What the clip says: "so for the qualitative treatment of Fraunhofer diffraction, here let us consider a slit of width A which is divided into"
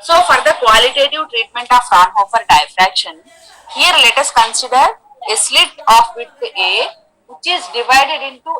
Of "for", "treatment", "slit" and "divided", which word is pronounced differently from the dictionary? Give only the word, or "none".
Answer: none